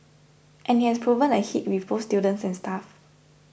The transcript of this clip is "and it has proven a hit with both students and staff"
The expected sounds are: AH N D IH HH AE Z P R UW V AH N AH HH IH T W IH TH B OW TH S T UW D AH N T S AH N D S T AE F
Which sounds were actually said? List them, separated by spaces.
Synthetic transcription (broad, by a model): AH N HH IH HH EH S P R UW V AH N AH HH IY T W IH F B OW S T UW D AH N S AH N S T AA F